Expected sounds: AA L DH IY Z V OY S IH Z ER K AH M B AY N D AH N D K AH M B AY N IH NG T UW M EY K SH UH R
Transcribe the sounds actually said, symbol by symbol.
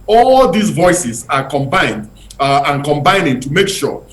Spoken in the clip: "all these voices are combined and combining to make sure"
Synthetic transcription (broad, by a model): AA L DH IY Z V OY S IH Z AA K AH M B AY N D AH N K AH M B AY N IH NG T UW M EY K SH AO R